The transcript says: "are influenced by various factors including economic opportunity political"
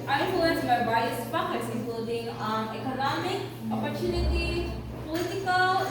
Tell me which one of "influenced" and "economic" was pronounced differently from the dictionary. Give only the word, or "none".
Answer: influenced